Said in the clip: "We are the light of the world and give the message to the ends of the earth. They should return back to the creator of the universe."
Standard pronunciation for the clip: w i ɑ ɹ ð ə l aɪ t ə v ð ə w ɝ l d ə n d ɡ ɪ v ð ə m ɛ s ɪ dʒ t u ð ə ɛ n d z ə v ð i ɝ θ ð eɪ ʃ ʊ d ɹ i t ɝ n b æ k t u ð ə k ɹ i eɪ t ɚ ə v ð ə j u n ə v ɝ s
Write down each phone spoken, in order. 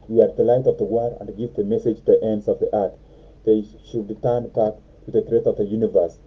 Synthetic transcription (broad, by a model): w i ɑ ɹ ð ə l aɪ t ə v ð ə w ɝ d ə n d ɡ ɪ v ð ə m ɛ s ɪ dʒ t u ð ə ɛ n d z ə v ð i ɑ t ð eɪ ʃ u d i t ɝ n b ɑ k t u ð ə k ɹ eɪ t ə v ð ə j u n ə v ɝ s